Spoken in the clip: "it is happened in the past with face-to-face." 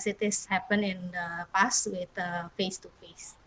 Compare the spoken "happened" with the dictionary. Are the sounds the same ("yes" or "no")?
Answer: no